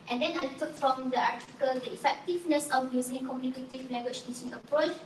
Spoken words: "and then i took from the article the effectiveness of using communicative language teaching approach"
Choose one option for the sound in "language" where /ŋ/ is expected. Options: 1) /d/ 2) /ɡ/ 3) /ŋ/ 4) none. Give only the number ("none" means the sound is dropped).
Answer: 4